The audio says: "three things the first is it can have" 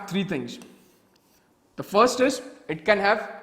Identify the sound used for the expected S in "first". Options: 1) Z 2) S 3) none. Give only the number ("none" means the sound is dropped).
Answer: 2